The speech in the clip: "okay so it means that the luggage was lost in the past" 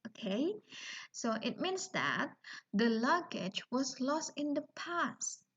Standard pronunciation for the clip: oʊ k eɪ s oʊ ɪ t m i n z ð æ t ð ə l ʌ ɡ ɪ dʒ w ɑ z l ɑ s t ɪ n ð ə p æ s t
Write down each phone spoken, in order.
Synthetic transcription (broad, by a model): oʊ k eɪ s oʊ ɪ t m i n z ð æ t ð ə l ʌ ɡ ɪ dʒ w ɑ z l ɑ s t ɪ n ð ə p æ s t